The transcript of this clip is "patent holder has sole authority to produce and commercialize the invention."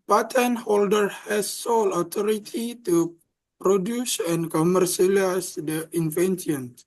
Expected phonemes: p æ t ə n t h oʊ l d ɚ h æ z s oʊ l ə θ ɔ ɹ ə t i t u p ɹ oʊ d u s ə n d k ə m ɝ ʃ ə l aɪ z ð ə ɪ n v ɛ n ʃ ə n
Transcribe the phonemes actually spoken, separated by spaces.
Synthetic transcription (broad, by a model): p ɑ t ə n h oʊ l d ɚ h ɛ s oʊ l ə t ɔ ɹ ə t i t u p ɹ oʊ d u s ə n k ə m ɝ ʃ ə l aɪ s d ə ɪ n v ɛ n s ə n